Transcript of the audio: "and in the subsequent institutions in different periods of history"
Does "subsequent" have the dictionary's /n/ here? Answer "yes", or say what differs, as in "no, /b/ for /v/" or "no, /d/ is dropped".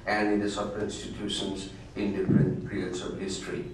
no, /n/ is dropped